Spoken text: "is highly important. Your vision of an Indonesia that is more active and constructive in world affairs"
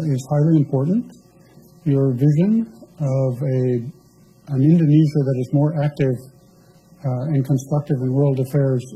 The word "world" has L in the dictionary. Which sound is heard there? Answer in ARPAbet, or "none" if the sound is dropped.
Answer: L